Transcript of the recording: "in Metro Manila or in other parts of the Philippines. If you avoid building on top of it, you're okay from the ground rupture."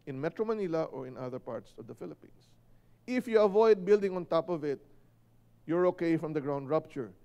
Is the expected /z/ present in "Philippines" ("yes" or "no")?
no